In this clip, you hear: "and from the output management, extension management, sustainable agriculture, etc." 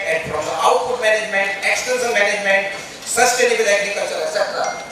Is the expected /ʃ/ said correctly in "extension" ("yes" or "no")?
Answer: no